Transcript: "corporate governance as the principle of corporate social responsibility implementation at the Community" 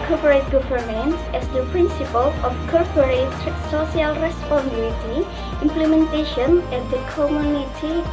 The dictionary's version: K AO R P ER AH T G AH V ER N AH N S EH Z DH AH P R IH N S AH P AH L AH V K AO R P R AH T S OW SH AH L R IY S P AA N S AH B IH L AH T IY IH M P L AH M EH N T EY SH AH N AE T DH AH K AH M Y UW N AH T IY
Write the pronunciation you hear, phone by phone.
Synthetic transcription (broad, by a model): K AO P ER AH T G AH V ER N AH N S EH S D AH P R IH N S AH P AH L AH F K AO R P R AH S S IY AH L R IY S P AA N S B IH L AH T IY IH M P L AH M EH N T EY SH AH N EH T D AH K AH M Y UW N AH T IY